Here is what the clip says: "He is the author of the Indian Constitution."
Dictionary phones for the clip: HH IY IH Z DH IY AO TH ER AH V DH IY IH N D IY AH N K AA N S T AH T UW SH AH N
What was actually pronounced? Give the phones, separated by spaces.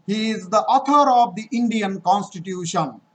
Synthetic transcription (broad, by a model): HH IY IH Z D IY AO T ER AH V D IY IH N D IY AH N K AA N S T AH T UW SH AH N